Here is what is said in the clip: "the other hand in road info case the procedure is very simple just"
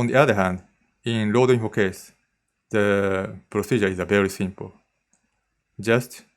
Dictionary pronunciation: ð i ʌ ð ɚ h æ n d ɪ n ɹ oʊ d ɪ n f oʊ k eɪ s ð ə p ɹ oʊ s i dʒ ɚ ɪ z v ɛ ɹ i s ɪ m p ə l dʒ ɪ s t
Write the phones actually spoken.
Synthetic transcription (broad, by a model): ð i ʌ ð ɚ h æ n d ɪ n l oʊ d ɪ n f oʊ k eɪ s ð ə p ɹ oʊ s i dʒ ɚ ɪ z v ɛ ɹ i s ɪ m p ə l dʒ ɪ s t